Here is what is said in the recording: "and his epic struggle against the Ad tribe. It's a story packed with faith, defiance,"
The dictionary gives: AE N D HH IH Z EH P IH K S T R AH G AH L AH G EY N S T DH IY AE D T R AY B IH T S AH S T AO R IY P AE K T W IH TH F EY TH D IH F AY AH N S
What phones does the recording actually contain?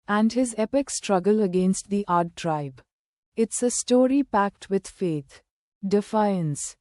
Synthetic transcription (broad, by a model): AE N D HH IH Z EH P IH K S T R AH G AH L AH G EY N S T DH IY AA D T R AY B IH T S AH S T AO R IY P AE K T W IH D F EY T D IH F AY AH N S